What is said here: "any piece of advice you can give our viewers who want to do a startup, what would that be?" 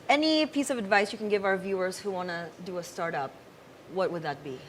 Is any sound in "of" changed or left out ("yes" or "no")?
no